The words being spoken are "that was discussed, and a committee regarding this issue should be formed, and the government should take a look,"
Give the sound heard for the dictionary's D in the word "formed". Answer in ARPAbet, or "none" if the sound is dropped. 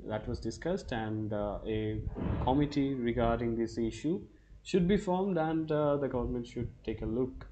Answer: D